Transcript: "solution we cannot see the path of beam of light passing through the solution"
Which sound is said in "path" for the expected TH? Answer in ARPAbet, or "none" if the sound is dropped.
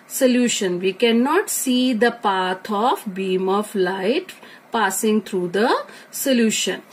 T